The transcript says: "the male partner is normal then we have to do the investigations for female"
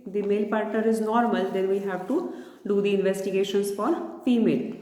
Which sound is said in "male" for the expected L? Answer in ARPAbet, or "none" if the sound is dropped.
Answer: L